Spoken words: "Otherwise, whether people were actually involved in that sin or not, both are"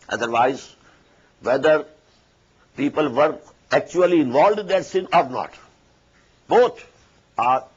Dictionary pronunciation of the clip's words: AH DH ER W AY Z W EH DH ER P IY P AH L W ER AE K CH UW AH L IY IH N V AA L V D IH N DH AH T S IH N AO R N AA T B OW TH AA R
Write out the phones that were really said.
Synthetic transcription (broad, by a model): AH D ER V AY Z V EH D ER P IY P AH L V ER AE K CH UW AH L IY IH N V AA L D IH N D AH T S IH N AO R N AA T B OW T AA R